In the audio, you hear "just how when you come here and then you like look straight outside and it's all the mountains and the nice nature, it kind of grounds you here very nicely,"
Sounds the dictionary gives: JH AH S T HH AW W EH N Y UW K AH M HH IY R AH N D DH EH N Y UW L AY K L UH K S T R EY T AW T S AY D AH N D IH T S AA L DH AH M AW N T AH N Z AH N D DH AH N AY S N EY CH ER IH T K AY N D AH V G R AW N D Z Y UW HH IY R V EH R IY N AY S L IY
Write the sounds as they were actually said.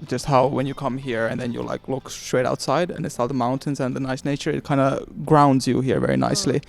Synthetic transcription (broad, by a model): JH AH S T HH AW W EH N Y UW K AH M HH IY R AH N DH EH N Y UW L AY K L UH K S T R EY T AW T S AY D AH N IH T S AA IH DH AH M AW N T AH N Z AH N DH AH N AY S N EY CH ER IH T K AY N D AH G R AW N D Z Y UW HH IY R V EH R IY N AY S L IY